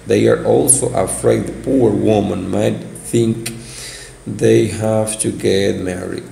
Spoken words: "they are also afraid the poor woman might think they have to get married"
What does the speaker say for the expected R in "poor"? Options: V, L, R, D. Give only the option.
R